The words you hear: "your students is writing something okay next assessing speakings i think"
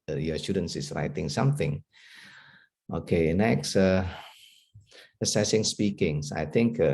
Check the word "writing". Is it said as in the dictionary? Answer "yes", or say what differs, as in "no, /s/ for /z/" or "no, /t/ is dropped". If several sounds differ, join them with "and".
yes